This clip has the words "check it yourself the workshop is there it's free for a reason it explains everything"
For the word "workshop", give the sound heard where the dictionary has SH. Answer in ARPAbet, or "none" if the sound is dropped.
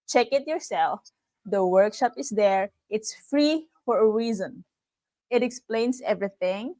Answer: SH